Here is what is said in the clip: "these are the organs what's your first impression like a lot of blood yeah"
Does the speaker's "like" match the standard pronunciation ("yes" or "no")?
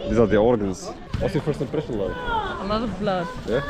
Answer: no